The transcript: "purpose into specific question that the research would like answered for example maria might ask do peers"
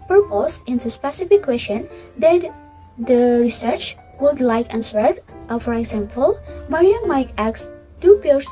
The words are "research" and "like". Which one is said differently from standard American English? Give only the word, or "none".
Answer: none